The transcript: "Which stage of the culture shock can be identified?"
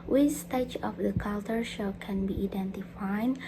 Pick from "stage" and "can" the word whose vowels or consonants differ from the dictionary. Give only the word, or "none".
stage